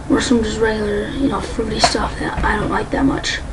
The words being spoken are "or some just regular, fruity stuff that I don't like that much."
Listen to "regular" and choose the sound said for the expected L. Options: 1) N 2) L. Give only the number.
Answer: 1